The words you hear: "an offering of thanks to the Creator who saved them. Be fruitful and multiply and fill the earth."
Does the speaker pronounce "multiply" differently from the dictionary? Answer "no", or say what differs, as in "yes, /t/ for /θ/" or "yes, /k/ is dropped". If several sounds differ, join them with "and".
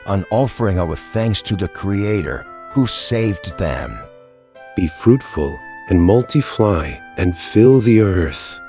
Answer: yes, /f/ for /p/